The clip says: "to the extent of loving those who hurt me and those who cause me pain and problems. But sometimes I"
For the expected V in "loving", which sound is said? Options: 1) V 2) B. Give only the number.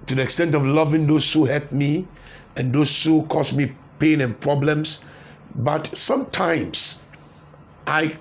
1